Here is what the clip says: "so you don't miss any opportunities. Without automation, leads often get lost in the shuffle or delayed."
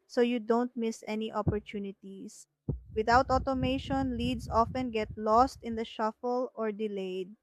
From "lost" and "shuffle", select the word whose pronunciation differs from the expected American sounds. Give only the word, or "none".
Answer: none